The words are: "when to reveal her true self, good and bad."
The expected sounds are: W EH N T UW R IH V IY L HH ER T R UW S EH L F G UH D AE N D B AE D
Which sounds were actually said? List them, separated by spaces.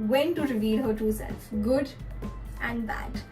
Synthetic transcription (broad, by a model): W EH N T UW R IH V IY L HH ER T UW S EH L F G UH D AE N D B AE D